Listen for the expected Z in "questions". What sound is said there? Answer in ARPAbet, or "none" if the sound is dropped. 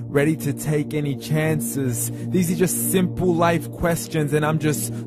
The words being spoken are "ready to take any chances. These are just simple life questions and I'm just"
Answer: Z